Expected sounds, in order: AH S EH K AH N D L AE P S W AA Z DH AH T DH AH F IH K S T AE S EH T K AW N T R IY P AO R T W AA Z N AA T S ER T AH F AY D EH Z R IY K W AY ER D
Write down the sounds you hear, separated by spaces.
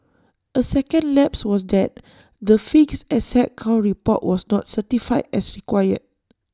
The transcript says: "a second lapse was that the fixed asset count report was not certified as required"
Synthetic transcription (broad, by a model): AH S EH K AH N D L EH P S W AA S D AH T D AH F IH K S EH S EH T K AW N T R IY P AO T W AA S N AA T S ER T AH F AY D EH S R IY K W AY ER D